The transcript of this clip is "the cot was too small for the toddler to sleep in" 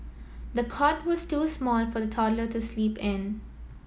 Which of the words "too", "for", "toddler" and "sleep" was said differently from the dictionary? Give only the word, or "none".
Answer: none